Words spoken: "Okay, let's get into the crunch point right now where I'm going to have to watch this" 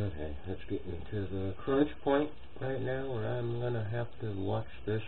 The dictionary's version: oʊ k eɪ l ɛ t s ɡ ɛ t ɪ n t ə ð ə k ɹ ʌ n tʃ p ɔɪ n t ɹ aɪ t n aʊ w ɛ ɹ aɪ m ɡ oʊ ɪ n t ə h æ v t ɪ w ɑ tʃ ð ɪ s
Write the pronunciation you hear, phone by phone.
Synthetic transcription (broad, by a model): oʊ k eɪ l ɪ t s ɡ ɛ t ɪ t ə ð ə k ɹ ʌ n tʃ p ɔɪ n t ɹ aɪ t n aʊ w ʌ ɹ aɪ m ɡ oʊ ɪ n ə h æ f t ɪ w ɑ tʃ ð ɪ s